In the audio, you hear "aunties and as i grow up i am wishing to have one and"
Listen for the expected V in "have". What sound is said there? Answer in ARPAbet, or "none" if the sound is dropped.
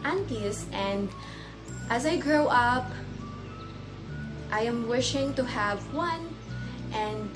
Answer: V